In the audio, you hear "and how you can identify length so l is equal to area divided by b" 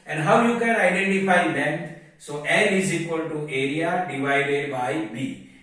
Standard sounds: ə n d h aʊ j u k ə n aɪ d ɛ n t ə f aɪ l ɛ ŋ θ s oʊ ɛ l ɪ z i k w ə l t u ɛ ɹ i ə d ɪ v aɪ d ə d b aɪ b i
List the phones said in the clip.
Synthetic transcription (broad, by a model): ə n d h aʊ j u k ə n aɪ d ɛ n t ə f aɪ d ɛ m s oʊ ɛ n ɪ z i k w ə l t u ɛ ɹ i ə d ɪ v aɪ d ə d b aɪ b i